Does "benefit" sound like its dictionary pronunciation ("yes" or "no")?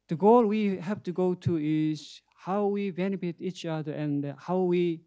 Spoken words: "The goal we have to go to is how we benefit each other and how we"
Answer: no